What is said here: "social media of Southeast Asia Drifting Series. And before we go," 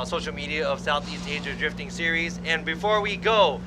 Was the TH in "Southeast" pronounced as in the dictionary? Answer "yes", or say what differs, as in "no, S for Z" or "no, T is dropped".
yes